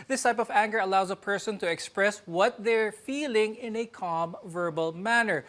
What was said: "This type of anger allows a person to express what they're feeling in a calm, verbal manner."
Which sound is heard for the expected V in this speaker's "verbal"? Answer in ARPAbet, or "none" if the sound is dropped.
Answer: V